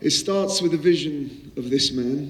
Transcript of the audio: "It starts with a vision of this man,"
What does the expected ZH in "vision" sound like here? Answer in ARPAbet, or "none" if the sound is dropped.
ZH